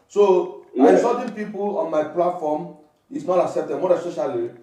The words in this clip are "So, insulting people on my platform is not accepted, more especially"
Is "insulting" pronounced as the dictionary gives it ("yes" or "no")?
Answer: no